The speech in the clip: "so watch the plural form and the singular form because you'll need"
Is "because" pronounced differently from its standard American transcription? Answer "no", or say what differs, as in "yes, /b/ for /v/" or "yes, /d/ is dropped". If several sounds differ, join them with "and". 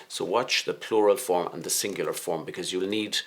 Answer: no